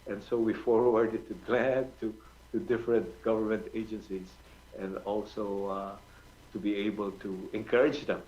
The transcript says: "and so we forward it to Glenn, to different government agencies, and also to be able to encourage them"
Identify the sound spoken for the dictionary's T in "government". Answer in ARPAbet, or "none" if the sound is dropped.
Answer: T